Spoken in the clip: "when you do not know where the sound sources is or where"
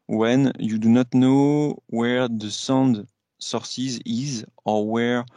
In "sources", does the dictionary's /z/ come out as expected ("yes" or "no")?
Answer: yes